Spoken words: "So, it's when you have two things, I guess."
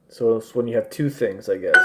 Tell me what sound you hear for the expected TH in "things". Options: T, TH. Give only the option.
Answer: TH